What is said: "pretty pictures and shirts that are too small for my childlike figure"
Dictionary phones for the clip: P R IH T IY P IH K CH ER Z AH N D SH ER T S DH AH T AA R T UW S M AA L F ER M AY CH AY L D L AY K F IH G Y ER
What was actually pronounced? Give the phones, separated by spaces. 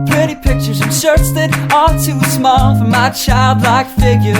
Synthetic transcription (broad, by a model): P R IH T IY P IH K CH ER Z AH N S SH ER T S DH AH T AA L T UW S M AA L F ER M AY CH AY L D L AY K F IH G Y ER